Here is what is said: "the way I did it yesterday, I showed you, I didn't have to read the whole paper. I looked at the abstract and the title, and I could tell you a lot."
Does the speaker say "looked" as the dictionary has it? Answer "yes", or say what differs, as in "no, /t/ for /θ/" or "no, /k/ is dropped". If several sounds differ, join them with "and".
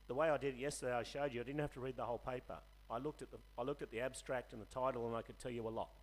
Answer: yes